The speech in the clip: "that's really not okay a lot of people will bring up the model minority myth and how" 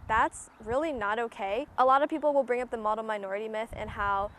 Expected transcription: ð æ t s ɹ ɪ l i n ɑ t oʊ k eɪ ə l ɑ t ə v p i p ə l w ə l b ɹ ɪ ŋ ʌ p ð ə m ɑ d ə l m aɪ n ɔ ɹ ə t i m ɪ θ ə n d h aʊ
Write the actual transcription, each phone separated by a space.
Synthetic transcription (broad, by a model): ð æ t s ɹ ɪ l i n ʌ t oʊ k eɪ ə l ɑ t ə v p i p l w ə l b ɹ ɪ ŋ ʌ p ð ə m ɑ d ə m aɪ n ɔ ɹ ə t i m ɪ θ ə n h aʊ